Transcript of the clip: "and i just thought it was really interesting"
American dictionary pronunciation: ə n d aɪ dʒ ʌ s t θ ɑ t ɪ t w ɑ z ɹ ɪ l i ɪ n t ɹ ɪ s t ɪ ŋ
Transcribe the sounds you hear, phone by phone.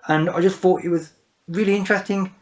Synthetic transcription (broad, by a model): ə n aɪ dʒ ʌ s t θ ɑ t ɪ t w ɑ z ɹ ɪ l i ɪ n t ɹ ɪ s t ɪ ŋ